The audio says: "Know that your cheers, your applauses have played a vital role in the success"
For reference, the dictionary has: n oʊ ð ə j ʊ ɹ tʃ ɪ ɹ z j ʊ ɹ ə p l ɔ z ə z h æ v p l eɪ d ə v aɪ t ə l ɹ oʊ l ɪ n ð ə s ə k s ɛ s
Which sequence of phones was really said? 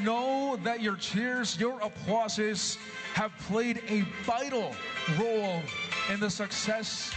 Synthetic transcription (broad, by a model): n oʊ ð ə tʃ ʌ ɹ tʃ ɪ ɹ z j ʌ ɹ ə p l ɔ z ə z h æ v p l eɪ d ə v aɪ t l ɹ oʊ l ɪ n ð ə s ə k s ɛ s